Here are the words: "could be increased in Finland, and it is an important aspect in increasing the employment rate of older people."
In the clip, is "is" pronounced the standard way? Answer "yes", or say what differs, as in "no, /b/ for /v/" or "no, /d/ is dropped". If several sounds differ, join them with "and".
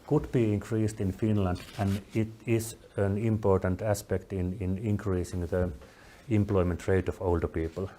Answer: no, /s/ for /z/